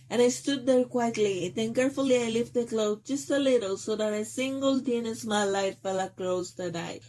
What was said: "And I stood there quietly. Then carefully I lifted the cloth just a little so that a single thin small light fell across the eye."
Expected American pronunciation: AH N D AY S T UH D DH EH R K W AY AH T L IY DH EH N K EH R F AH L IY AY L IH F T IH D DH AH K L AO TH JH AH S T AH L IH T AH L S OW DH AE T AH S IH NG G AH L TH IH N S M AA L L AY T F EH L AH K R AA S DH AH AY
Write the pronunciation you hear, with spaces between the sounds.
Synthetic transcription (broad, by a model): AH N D AY S T UH D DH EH R K W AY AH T L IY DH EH N K EH R F AH L IY AY L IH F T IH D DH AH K L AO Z JH AH S T AH L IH T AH L S OW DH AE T AH S IH NG G AH L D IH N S M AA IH L AY T F EH L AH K L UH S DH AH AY